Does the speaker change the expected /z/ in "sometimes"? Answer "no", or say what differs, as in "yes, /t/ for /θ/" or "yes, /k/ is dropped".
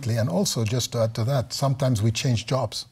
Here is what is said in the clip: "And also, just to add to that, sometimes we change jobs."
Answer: no